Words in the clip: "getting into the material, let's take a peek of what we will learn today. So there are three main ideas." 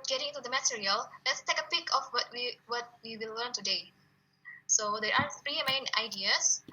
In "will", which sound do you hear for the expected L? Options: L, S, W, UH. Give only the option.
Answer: W